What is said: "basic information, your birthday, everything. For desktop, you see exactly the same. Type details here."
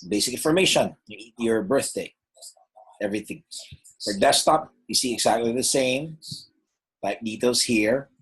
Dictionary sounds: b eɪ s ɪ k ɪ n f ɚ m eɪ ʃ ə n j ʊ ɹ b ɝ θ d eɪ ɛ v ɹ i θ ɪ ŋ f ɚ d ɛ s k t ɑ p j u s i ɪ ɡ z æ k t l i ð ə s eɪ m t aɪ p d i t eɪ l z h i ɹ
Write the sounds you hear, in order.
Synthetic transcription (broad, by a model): b eɪ s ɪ k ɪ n f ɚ m eɪ ʃ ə n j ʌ ɹ b ɝ θ d eɪ ɛ v ɹ i θ ɪ ŋ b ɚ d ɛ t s t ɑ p j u s i ɪ ɡ z æ k t l i ð ə s eɪ m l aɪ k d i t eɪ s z h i ɹ